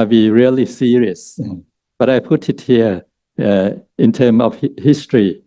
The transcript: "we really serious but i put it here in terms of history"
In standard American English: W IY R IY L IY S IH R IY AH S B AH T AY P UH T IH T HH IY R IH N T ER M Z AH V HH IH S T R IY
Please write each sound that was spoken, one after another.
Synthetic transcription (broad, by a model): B IY R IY L IY S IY R IY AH S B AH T AY P UH T IH T HH IY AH IH N T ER M AH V HH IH S T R IY